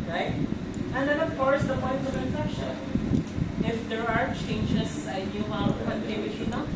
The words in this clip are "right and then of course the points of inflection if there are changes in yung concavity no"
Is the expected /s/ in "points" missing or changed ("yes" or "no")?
yes